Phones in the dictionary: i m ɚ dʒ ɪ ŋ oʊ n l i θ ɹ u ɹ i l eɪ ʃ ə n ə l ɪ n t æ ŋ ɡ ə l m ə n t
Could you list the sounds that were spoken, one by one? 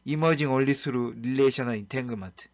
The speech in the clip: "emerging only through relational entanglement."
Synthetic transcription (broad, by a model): i m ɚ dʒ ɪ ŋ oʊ l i s ɹ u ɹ i l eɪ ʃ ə n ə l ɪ n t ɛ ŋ ɡ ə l m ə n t